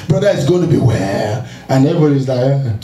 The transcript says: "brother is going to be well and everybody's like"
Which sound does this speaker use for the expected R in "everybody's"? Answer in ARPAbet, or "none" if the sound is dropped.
none